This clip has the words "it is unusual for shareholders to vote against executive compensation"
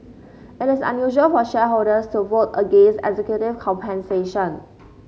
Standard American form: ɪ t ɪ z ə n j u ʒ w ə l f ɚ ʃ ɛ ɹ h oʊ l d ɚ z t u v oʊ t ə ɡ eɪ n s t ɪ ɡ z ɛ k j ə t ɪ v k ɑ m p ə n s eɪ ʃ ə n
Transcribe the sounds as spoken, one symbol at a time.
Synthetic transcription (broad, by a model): ɪ t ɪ s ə n j u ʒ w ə l f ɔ ʃ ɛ h oʊ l d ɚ s t u v oʊ t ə ɡ eɪ n s ɪ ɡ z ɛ k j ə t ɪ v k ɑ m p ə n s eɪ ʃ ə n